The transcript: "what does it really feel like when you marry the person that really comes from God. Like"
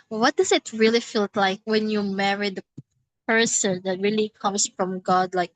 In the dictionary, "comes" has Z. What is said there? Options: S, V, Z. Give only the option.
S